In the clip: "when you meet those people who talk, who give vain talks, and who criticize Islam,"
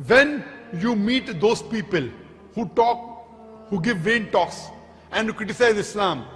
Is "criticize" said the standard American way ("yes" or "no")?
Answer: yes